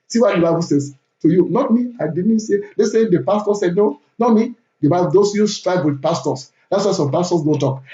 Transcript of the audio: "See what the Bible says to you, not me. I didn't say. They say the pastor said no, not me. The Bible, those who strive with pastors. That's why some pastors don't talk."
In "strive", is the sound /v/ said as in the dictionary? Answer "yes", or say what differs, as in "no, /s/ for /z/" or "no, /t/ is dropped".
no, /b/ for /v/